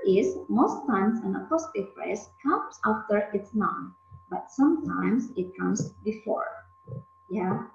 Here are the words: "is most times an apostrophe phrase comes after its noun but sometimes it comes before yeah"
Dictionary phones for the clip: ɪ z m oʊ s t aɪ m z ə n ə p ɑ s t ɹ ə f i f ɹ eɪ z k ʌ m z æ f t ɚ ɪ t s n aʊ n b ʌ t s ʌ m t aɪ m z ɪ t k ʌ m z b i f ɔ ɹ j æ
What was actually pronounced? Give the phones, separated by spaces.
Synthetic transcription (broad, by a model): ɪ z m oʊ s t aɪ m s ə n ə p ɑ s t ə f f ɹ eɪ s k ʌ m s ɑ f t ɚ ɪ t s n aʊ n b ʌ t s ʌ m t aɪ m s ɪ t k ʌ m s b i f ɔ ɹ j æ